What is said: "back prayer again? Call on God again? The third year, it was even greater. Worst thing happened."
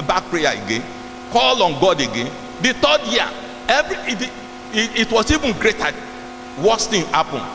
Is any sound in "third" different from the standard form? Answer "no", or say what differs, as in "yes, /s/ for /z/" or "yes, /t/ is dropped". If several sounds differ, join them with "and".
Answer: yes, /t/ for /θ/